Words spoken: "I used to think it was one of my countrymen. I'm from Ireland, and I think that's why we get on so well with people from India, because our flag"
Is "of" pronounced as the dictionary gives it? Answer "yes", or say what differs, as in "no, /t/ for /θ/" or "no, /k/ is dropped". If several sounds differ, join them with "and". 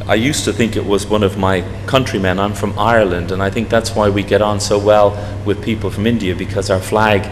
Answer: yes